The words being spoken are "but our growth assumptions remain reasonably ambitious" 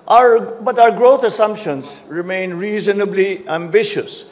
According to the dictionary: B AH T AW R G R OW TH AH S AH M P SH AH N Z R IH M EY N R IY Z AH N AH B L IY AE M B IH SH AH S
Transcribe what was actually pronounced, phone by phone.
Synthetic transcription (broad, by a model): B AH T AW R G R OW T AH S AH M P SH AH N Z R IH M EY N R IY Z AH N AH B L IY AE M B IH SH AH S